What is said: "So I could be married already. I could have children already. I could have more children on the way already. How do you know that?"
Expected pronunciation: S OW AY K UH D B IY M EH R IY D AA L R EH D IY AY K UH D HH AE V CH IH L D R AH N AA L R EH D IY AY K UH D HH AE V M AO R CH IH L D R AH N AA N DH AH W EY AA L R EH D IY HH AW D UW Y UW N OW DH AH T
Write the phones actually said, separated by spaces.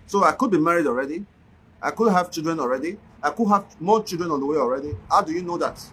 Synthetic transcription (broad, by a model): S OW AY K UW D B IY M EH R IY D AA L R EH D IY AY K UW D HH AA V CH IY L D R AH N AA L R EH D IY AY K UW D HH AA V M AO CH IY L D R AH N AA N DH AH W EY AA L R EH D IY HH AW D UW Y UW N OW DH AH T